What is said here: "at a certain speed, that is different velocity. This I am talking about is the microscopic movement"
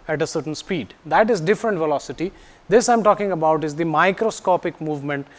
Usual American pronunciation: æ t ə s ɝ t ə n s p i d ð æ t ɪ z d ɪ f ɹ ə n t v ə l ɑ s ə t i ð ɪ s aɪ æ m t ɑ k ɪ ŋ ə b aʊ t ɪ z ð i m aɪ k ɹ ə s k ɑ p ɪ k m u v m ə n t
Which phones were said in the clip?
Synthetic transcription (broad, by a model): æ t ə s ɝ t ə n s p i d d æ t ɪ z d ɪ f ɹ ə n t v ə l ɑ s ə t i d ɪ s aɪ m t ɑ k ɪ ŋ ə b aʊ t ɪ z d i m aɪ k ɹ ə s k ɑ p ɪ k m u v m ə n t